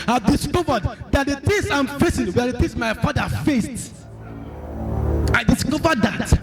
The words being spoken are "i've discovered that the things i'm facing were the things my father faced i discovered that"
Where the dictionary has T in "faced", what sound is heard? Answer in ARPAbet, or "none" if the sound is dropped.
T